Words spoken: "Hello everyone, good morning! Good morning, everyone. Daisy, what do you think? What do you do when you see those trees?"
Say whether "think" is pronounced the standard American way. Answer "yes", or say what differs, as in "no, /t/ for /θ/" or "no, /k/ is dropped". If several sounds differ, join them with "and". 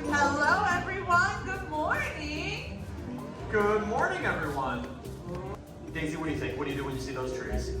no, /t/ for /θ/ and /ŋ/ is dropped